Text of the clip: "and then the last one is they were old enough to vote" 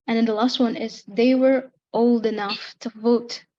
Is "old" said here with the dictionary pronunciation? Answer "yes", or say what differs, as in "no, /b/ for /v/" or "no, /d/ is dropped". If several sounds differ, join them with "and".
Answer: yes